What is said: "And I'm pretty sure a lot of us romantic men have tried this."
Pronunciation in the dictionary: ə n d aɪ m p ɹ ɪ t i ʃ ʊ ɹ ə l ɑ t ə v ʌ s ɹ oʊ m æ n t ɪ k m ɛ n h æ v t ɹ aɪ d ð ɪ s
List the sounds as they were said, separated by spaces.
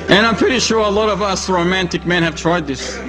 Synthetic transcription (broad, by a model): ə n aɪ m p ɹ ɪ t i ʃ ʊ ɹ ə l ɑ t ə v ʌ s ɹ oʊ m æ n t ɪ k m ɛ n h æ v t ɹ aɪ d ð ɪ s